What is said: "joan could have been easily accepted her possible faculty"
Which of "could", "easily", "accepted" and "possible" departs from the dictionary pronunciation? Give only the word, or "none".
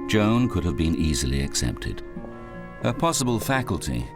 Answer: none